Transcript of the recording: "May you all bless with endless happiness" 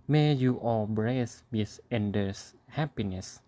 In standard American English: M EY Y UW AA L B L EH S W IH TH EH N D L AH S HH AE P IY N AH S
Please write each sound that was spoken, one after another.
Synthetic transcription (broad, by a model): M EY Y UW AA L B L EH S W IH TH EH N D AH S HH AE P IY N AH S